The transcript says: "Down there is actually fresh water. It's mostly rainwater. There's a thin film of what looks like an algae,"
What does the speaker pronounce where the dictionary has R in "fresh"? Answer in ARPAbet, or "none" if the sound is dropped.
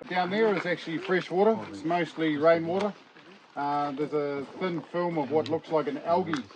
R